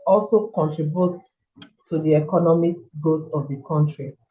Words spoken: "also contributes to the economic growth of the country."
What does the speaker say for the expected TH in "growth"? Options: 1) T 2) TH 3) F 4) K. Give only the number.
1